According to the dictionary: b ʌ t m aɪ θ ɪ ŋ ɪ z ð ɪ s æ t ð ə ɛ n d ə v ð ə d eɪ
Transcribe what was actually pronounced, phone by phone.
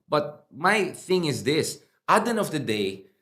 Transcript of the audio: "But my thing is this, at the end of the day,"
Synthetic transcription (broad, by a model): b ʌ t m aɪ θ ɪ ŋ ɪ z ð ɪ s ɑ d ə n ə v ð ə d eɪ